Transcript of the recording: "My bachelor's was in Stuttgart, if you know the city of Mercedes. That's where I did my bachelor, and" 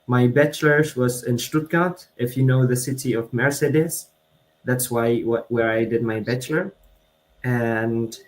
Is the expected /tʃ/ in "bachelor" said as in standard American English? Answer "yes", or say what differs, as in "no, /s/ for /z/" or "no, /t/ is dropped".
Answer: yes